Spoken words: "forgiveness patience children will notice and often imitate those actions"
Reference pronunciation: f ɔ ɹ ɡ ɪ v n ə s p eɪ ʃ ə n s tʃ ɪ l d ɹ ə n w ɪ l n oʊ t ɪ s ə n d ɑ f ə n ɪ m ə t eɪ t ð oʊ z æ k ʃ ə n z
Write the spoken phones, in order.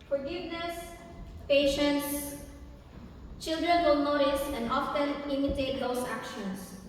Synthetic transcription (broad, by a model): f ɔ ɹ ɡ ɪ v n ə s p eɪ ʃ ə n s tʃ ɪ l d ɹ ə n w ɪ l n oʊ t ɪ s ə n d ɑ f ə n ɪ m ə t eɪ t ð oʊ s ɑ k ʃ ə n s